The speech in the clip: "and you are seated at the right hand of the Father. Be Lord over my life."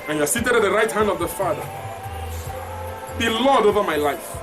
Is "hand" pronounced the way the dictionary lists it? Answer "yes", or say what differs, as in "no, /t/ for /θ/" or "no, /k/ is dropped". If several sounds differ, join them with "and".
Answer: yes